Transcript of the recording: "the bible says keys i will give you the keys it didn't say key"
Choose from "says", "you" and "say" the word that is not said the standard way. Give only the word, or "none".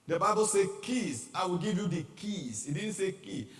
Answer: says